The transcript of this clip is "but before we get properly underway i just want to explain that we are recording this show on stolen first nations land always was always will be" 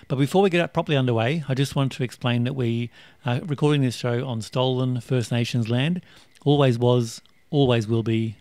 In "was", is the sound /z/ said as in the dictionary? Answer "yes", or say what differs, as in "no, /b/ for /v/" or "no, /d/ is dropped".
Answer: yes